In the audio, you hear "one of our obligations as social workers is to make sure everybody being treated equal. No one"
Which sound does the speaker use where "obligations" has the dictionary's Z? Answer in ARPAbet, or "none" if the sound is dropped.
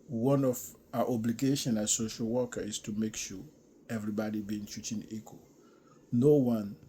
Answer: none